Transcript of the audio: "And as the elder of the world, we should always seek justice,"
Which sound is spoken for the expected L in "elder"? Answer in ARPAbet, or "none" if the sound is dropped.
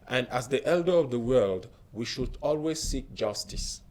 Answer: L